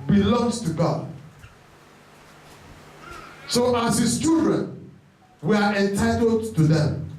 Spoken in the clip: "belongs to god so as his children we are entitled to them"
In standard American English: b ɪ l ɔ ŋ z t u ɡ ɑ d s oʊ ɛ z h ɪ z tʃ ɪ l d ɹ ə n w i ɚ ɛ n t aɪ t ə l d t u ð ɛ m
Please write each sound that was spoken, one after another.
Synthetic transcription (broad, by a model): b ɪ l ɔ ŋ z t u ɡ ɑ d s oʊ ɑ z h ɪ s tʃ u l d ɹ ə n w i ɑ ɛ n t aɪ t ə l d t u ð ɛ m